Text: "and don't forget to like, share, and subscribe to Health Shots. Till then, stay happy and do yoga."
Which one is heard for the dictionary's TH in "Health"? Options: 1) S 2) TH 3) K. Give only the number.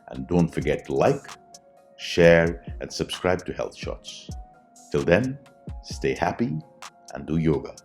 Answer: 2